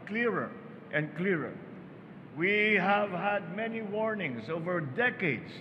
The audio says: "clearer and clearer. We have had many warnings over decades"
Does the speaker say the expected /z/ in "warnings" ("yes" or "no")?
no